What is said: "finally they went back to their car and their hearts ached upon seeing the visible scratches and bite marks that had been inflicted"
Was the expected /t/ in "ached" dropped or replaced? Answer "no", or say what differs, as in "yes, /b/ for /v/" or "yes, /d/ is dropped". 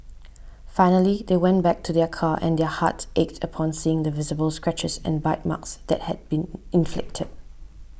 no